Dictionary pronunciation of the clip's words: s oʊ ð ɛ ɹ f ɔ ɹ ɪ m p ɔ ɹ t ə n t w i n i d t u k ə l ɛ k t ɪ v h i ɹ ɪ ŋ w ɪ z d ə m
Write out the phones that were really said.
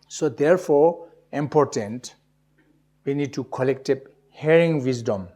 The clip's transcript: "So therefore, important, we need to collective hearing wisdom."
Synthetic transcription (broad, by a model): s oʊ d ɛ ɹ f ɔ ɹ ɪ m p ɔ ɹ t ə n t w i n i d t u k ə l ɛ k t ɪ b h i ɹ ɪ ŋ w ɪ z d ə m